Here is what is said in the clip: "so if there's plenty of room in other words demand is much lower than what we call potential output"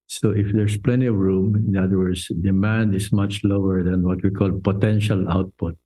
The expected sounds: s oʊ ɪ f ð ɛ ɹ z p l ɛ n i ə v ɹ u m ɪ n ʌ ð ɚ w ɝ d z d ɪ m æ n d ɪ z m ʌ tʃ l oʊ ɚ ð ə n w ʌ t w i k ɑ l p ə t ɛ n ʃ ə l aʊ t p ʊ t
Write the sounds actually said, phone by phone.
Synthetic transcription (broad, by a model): s oʊ ɪ f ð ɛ ɹ s p l ɛ n i ə v ɹ u m ɪ n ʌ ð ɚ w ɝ d s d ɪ m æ n d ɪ s m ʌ tʃ l oʊ ɚ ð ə n w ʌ t w i k ɑ l p ə t ɛ n ʃ ə l aʊ t p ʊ t